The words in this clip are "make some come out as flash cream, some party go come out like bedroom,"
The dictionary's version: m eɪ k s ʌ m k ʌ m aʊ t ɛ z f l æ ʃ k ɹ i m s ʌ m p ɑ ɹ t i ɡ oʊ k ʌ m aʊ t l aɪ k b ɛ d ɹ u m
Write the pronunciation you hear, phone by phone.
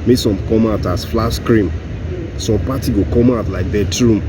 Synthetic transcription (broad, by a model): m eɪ s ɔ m k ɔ m aʊ t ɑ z f l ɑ s k ɹ i m s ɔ m p ɑ t i ɡ oʊ k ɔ m aʊ t l aɪ k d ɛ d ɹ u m